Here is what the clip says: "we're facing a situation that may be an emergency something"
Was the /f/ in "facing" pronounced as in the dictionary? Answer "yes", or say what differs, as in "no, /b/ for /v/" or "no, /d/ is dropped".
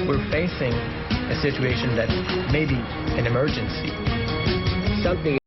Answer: yes